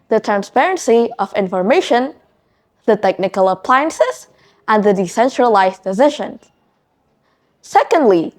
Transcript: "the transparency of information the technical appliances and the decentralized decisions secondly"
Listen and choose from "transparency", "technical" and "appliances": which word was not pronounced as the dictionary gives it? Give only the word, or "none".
none